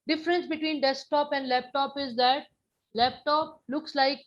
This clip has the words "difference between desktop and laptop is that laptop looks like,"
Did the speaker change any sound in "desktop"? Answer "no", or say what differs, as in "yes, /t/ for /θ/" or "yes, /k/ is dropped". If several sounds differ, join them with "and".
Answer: no